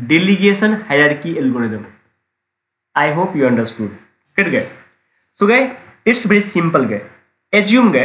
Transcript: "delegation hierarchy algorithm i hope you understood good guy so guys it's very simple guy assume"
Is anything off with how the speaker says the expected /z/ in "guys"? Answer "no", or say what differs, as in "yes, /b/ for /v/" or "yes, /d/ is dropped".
yes, /z/ is dropped